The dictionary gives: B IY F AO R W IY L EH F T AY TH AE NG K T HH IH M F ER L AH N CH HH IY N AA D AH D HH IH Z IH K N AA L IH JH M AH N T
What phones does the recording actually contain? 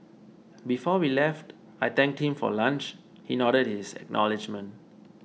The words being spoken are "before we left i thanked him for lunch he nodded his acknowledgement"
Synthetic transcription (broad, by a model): B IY F AO W IY L EH F T AY T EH NG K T HH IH M F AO L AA N CH HH IY N AA D AH D HH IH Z IH K N AA L IH JH M AH N T